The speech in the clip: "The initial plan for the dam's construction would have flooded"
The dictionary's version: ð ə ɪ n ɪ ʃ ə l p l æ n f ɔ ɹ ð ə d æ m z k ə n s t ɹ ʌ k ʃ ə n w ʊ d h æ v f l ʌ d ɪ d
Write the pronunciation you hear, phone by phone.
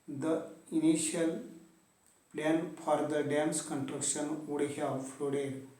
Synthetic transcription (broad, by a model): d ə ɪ n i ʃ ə l p l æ n f ɔ ɹ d ə d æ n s k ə n t ɹ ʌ k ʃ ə n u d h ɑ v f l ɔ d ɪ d